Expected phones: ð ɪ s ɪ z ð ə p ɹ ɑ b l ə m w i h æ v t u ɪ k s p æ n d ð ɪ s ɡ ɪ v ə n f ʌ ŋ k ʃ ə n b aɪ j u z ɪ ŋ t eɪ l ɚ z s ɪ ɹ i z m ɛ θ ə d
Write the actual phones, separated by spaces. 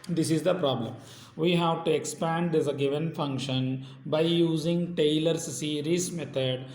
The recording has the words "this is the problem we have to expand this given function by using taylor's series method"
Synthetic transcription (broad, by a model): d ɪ s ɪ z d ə p ɹ ɑ b l ə m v i h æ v t u ɪ k s p æ n d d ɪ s ɡ ɪ v ə n f ʌ ŋ k ʃ ə n b aɪ j u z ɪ ŋ t eɪ l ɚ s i ɹ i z m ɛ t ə d